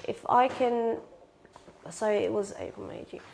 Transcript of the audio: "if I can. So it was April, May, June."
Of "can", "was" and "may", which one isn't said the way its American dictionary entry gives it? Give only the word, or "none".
none